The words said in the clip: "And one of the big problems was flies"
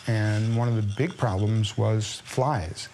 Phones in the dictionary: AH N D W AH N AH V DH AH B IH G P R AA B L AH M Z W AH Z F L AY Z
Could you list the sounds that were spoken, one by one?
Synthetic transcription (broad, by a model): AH N W AH N AH V DH AH B IH G P R AA B L AH M Z W AH Z F L AY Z